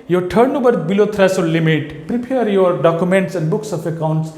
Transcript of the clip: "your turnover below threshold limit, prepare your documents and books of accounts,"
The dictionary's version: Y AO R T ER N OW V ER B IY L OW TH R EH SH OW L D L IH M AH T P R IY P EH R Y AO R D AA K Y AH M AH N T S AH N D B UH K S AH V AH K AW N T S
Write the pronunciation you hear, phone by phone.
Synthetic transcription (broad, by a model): Y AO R T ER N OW B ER B IY L OW T R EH S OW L L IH M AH T P R IY P EH R Y AO R D AA K Y AH M AH N T S AH N D B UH K S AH F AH K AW N T S